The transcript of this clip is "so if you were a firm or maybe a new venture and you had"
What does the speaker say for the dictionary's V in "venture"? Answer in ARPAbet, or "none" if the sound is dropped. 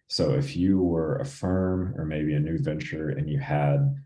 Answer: V